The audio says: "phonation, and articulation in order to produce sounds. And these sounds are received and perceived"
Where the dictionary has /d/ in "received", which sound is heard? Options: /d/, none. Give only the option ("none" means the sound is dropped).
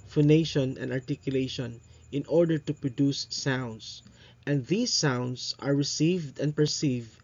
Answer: /d/